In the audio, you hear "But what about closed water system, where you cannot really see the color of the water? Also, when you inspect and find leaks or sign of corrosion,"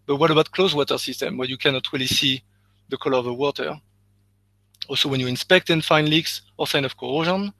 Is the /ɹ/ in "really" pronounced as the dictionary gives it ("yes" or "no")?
yes